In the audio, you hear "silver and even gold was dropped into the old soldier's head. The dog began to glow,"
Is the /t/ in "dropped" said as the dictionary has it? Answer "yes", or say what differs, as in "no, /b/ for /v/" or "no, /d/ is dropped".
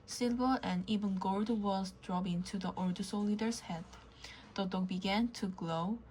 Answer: no, /t/ is dropped